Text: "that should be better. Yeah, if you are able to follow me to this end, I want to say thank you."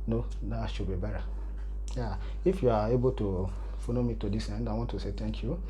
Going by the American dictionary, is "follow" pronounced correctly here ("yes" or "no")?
no